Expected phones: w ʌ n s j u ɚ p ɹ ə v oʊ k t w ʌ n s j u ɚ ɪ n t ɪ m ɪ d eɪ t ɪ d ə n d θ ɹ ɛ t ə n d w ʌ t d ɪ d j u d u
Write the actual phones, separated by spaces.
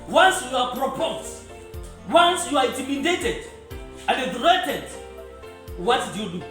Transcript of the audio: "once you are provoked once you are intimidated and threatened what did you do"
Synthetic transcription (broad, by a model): w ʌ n s j u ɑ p ɹ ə p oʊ t w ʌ n s j u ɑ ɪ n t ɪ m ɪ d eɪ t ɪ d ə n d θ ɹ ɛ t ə d w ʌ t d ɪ j u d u